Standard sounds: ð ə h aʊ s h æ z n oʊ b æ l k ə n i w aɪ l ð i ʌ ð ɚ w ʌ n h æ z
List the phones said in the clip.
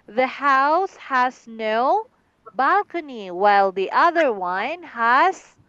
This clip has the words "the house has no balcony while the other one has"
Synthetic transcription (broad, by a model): ð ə h aʊ s h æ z n oʊ b æ l k ə n i w aɪ l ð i ʌ ð ɚ w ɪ n h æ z